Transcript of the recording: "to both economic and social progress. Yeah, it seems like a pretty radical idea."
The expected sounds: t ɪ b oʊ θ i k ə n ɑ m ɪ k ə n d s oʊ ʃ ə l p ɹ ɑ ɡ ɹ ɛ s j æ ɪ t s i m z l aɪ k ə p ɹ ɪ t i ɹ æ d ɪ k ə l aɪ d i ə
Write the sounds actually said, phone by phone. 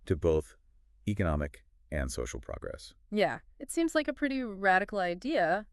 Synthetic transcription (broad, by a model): t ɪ b oʊ θ i k ə n ɑ m ɪ k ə n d s oʊ ʃ l p ɹ ɑ ɡ ɹ ɛ s j æ ɪ t s i m z l aɪ k ə p ɹ ɪ t i ɹ æ d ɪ k l aɪ d i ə